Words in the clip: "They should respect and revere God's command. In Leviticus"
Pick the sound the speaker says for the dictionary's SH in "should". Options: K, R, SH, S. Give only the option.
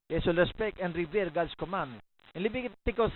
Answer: S